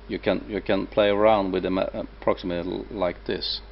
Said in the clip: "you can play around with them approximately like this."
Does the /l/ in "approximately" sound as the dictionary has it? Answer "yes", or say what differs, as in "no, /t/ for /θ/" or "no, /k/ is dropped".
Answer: no, /l/ is dropped